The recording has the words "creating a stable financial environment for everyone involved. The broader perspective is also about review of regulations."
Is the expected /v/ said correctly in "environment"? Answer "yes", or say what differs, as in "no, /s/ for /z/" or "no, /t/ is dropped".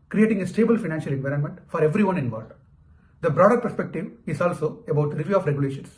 yes